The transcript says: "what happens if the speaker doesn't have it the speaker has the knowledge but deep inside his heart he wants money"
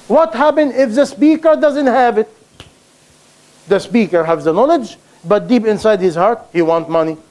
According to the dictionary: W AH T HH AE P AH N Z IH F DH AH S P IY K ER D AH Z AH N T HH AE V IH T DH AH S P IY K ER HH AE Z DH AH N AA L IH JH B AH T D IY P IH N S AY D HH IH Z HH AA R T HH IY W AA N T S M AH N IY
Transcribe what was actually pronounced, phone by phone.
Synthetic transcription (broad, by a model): W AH T HH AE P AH N IH F DH AH S P IY K ER D AH Z AH N T HH AE V IH T DH AH S P IY K ER HH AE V DH AH N AA L IH JH B AH T D IY P IH N S AY D HH IH Z HH AA R T HH IY W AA N T M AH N IY